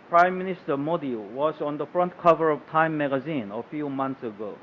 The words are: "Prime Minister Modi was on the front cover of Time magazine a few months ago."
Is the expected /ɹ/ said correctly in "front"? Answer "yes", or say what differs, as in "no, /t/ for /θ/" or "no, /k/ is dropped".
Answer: yes